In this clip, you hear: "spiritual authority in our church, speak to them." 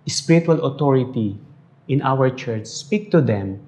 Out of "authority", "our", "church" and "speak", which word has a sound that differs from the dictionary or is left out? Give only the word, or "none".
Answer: authority